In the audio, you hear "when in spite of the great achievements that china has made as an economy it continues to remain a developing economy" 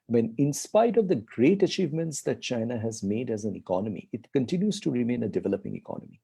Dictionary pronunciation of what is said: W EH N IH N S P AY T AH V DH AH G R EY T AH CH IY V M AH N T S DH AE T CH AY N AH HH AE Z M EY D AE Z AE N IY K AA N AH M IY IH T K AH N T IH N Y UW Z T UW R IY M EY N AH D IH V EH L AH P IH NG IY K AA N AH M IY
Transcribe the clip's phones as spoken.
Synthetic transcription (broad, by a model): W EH N IH N S P AY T AH V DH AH G R EY T AH CH IY V M AH N T S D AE T CH AY N AH HH AE Z M EY D AE Z AE N IY K AA N AH M IY IH T K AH N T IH N Y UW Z T UW R IY M EY N AH D IH V EH L AH P IH NG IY K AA N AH M IY